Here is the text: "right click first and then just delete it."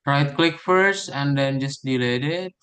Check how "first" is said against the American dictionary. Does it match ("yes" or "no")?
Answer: yes